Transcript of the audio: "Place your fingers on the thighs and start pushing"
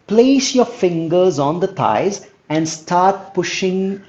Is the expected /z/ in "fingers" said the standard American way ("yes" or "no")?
yes